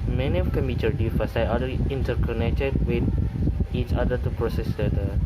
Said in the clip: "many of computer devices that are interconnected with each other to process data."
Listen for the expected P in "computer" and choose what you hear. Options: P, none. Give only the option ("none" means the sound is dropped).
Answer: none